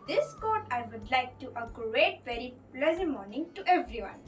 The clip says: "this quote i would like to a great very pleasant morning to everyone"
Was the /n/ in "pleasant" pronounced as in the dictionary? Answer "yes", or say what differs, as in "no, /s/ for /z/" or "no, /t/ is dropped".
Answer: no, /n/ is dropped